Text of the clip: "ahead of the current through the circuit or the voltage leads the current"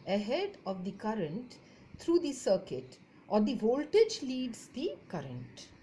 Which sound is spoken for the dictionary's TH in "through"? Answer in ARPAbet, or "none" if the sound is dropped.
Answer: T